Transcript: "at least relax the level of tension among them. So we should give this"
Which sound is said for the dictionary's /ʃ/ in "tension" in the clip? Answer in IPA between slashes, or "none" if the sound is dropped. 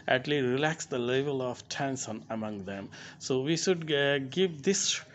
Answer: /s/